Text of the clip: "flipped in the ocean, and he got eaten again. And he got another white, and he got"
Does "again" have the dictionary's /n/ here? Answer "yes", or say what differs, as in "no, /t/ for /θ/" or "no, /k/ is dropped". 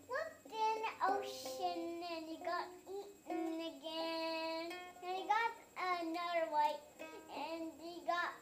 yes